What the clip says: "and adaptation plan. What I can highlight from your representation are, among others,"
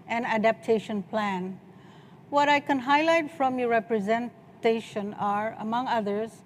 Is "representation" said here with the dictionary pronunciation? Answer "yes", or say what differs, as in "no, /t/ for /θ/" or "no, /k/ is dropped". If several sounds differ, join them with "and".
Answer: yes